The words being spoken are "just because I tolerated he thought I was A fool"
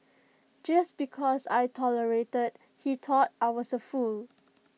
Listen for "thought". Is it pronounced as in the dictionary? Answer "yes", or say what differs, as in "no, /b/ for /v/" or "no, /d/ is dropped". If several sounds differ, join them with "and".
no, /t/ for /θ/